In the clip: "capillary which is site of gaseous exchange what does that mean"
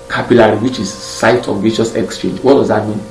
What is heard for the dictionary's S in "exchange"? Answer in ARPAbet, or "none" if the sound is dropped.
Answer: S